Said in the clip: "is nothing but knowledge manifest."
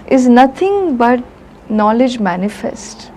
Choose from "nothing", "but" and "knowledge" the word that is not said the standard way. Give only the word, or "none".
nothing